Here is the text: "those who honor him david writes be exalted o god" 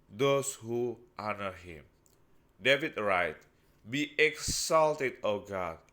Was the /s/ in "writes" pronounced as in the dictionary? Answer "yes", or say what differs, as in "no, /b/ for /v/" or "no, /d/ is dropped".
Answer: no, /s/ is dropped